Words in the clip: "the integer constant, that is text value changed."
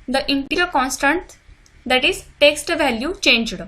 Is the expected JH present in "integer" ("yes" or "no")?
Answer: no